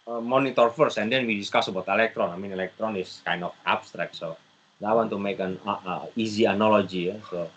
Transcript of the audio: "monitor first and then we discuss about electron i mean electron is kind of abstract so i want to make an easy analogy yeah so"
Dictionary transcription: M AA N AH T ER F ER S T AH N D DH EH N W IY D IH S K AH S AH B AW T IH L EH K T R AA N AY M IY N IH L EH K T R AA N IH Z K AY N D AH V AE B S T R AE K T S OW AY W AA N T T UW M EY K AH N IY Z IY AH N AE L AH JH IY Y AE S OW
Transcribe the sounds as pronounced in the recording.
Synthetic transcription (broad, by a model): M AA N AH T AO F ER S AH N D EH N W IY D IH S K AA S AH B AW T IH L EH K T R AA N AY M IY N IH L EH K T R AA N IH S K AY N D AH F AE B S T R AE K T S OW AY W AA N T T UW M EY K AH N IY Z IY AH N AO L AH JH IY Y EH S OW